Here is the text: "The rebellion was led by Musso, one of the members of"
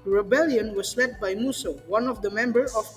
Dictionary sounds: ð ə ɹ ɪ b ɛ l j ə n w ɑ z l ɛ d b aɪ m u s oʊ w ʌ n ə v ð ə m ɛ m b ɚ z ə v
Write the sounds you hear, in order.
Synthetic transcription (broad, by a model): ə ɹ ɪ b ɛ l j ə n w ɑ s l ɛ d b aɪ m u s oʊ w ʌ n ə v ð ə m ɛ m b ɚ ə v